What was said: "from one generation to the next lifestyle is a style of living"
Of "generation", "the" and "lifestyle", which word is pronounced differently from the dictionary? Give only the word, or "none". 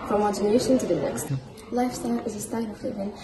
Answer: none